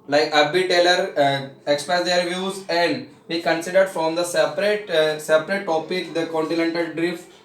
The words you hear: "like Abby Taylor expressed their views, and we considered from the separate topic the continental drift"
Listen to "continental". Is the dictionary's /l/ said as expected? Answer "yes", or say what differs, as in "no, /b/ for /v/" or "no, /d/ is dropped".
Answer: yes